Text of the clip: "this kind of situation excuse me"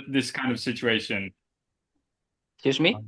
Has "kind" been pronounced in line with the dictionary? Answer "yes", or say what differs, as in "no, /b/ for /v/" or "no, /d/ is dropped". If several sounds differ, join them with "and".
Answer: yes